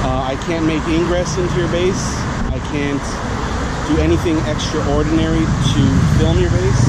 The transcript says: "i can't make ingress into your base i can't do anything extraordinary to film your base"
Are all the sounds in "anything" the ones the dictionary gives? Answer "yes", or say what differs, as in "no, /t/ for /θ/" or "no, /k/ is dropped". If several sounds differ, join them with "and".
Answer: yes